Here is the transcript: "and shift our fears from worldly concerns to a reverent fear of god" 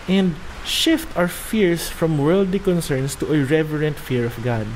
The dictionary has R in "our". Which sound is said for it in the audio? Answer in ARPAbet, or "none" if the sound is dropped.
W